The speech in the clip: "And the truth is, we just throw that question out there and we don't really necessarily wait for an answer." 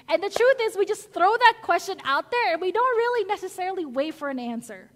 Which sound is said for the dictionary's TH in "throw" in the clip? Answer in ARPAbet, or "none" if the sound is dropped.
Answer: TH